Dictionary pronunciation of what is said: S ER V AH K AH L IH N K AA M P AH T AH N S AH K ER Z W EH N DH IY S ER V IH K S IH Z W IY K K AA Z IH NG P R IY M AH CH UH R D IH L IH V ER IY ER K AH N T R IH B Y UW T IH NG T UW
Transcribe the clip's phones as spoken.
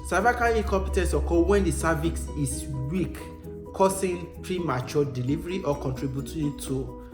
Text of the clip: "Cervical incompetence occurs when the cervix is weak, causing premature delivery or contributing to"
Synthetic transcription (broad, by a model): S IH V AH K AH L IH K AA M P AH T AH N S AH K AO W EH N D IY S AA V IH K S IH S W IY K K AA S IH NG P R IY M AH CH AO D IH L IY V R IY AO K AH N T R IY B Y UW T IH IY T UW